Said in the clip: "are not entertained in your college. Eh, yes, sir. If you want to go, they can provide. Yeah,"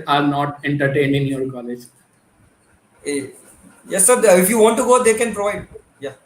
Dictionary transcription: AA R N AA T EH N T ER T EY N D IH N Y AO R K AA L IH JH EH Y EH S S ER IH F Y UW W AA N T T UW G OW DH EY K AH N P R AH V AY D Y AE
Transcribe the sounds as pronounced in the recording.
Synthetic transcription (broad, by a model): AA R N AA T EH N T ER T EY N IH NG Y AO R K AA L IH JH Y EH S S ER IH F Y UW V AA N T T UW G OW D EY K AH N P R AH V AY D Y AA